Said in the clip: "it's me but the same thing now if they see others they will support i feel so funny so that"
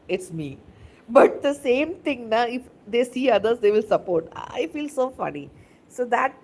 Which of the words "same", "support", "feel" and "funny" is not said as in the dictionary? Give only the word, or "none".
none